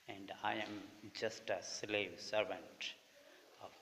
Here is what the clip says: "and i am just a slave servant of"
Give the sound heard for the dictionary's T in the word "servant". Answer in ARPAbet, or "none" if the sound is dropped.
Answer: T